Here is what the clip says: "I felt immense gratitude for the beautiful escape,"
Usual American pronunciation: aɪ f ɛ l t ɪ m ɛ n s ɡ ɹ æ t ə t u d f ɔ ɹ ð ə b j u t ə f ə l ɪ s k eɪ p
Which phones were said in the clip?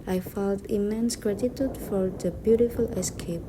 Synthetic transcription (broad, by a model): aɪ f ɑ t ɪ m ɛ n s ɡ ɹ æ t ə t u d f ɔ ɹ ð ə b j u t ə f ə l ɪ s k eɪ p